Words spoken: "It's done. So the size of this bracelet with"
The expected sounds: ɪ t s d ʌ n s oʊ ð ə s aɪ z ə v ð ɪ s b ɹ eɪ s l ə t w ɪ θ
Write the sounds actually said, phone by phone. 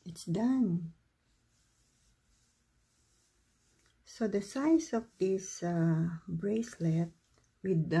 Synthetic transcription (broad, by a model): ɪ t s d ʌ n s oʊ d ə s aɪ s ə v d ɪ s b ɹ eɪ s l ə t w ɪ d